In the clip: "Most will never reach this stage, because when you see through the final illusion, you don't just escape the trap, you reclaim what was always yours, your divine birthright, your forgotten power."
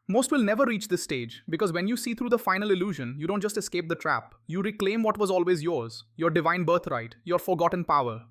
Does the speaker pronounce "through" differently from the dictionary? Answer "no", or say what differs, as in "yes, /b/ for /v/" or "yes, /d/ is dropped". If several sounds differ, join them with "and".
yes, /t/ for /θ/